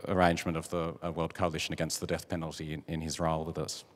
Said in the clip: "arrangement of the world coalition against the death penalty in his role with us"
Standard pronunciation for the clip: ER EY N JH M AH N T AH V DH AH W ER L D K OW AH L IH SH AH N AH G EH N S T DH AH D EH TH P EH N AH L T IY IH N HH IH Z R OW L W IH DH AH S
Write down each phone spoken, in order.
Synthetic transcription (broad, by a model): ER EY N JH M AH N T AH V DH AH W ER L D K OW AH L IH SH AH N AH G EH N S T DH AH D EH TH P EH N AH L T IY IH N IH Z R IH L W IH DH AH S